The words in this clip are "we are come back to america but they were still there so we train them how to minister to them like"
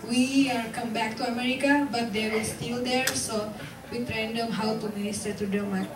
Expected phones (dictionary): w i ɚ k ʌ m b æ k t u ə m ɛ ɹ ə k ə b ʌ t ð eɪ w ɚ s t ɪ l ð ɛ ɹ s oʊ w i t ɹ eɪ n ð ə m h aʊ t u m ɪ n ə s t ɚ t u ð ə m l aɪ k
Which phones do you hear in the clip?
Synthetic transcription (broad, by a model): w i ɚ k ʌ m b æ k t u ə m ɛ ɹ ə k ə b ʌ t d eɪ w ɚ s t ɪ l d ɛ ɹ s oʊ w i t ɹ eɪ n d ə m h aʊ t u m ɪ n ə s t ɚ t u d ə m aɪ